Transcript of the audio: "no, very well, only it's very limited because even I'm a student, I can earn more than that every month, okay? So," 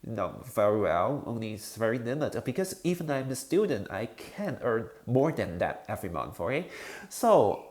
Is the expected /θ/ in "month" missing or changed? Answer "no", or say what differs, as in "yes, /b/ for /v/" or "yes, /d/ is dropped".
yes, /f/ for /θ/